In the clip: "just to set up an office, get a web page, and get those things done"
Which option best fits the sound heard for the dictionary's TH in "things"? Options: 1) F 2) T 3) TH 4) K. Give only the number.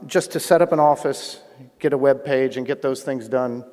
3